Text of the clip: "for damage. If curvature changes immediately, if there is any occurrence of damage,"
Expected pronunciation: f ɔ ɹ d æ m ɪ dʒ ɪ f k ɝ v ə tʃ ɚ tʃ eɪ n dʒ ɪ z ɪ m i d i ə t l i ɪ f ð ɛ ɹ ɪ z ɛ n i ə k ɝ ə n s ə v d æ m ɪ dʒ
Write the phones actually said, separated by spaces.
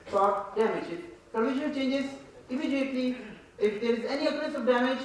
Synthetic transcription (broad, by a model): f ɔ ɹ d æ m ɪ dʒ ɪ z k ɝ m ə ʃ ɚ tʃ eɪ n dʒ ɪ z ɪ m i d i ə t l i ɪ f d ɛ ɹ ɪ z ɛ n i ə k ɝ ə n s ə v d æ m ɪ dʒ